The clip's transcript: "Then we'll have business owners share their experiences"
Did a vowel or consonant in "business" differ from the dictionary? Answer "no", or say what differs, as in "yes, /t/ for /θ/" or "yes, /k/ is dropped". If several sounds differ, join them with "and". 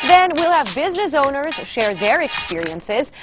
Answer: no